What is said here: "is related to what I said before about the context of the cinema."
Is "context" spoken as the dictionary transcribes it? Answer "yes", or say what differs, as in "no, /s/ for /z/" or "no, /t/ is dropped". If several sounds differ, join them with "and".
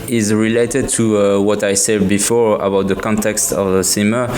yes